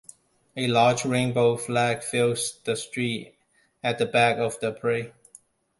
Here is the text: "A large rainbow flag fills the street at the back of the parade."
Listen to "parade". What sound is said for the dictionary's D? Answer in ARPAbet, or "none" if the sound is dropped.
none